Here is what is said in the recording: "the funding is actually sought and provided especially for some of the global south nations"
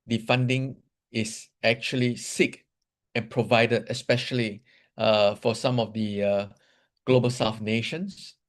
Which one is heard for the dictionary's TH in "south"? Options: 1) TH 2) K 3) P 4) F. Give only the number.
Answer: 4